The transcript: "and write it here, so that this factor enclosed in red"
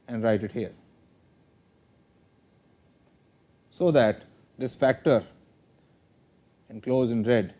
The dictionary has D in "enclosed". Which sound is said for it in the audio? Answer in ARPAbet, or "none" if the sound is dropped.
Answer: none